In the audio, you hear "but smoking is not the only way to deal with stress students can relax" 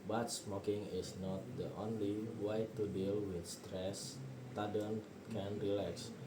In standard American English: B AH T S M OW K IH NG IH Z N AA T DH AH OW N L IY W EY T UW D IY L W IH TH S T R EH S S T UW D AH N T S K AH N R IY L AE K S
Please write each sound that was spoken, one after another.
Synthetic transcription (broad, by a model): B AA T S M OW K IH NG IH S N AA T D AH OW N L IY W EY T UW D IY L W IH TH S T R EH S S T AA D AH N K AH N R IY L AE K S